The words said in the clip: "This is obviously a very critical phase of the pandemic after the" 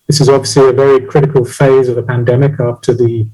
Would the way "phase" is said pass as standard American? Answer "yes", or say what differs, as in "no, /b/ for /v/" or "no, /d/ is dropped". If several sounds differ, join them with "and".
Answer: yes